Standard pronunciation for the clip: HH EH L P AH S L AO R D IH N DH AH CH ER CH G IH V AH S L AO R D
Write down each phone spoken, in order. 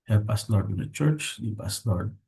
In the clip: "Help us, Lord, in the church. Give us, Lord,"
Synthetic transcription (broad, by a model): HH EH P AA S L AO R D IH N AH CH ER CH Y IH P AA S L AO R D